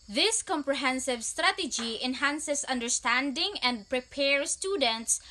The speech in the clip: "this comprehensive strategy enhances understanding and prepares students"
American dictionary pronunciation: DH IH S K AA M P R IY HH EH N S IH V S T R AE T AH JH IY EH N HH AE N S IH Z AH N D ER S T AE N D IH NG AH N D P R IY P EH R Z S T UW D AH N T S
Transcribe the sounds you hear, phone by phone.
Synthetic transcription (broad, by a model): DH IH S K AA M P R IY HH EH N S IH V S T R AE T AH JH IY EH N HH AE N S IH S AH N D ER S T AE N D IH NG AH N D P R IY P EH R S T UW D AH N T S